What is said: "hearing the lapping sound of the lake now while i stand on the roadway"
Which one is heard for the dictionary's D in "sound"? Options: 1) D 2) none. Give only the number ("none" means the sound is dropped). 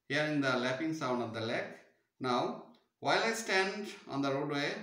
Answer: 1